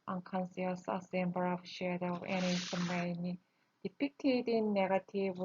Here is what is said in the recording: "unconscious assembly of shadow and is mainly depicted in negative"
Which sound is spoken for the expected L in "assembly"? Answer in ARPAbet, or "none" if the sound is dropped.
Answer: none